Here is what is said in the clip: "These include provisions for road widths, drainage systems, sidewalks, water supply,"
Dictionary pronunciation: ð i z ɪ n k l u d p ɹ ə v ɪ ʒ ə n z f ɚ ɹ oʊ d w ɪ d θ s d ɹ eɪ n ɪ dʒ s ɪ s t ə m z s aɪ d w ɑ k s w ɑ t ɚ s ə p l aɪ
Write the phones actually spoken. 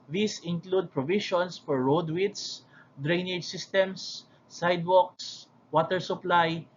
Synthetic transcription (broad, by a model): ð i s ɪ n k l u d p ɹ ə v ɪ ʃ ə n s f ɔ ɹ oʊ d w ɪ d s d ɹ eɪ n ɪ dʒ s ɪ s t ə m s aɪ d w ɑ k s w ɑ t ɚ s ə p l aɪ